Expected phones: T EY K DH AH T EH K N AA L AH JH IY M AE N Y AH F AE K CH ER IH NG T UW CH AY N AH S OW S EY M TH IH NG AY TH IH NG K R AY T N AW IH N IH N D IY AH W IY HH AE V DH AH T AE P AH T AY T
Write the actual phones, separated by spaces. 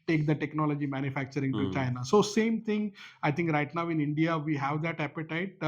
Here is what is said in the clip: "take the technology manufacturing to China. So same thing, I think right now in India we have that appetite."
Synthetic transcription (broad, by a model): T EY K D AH T EH K N AA L AH JH IY M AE N Y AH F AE K CH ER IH NG T UW CH AY N AH S OW S EY M T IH NG AY T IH NG K R AY T N AW IH N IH N D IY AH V IY HH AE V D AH T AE P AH T AY T